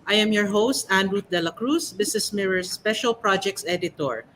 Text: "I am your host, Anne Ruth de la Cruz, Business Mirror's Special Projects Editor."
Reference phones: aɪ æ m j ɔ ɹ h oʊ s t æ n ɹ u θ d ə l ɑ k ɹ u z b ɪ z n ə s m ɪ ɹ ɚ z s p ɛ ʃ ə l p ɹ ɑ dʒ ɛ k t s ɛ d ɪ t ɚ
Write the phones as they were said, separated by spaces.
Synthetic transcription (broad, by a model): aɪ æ m j ɔ ɹ h oʊ s t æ n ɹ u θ d ə l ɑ k ɹ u s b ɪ s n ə s m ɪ ɹ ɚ s p ɛ ʃ ə l p ɹ ɑ dʒ ɛ k t s ɛ d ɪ t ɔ